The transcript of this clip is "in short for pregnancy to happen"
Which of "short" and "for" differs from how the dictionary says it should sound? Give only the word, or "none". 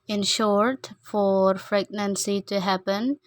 none